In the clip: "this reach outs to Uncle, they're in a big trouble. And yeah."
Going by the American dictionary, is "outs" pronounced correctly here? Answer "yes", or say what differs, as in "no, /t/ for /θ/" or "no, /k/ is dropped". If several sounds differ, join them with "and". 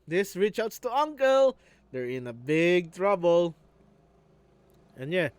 no, /s/ is dropped